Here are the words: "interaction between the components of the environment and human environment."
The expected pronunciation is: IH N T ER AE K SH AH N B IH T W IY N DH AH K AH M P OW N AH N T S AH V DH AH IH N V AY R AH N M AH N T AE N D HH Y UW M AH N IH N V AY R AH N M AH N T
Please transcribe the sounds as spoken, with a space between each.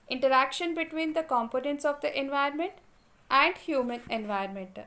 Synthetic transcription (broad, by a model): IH N T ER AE K SH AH N B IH T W IY N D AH K AH M P OW N AH N T S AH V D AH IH N V AY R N M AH N T AE N D HH Y UW M AH N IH N V AY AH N M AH N T